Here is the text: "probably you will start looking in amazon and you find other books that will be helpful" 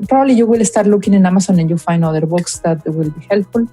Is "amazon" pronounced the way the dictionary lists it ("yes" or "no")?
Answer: no